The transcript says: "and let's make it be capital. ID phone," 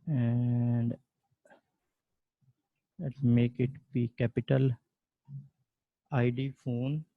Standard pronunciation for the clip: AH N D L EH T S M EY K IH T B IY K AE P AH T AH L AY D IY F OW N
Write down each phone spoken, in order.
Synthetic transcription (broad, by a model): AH N D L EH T M EY K IH T B IY K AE P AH T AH L AY D IY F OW N